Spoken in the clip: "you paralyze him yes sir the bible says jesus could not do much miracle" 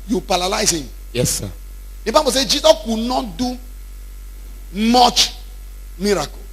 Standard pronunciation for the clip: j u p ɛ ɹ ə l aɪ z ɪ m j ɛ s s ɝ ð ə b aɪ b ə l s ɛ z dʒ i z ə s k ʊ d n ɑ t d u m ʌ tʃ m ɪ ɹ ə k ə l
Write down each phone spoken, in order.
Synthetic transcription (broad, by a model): j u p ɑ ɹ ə l aɪ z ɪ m j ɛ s s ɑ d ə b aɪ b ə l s ɛ dʒ i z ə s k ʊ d n ɑ t d u m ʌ tʃ m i ɹ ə k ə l